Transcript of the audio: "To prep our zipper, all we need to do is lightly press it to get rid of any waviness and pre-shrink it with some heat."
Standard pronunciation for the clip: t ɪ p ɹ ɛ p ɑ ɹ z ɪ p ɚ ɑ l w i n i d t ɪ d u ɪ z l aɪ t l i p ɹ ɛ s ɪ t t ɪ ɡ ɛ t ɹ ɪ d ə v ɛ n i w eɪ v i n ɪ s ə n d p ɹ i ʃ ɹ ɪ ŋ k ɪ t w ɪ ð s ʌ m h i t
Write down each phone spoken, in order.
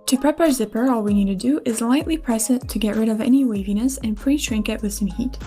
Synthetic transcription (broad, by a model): t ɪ p ɹ ɛ p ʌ ɹ z ɪ p ɚ ɑ l w i n i d t ɪ d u ɪ z l aɪ t l i p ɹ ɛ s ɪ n t ɪ ɡ ɛ t ɹ ɪ d ə v ɛ n i w eɪ v i n ɪ s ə n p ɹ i ʃ ɹ ɪ ŋ k ɪ t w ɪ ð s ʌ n h i t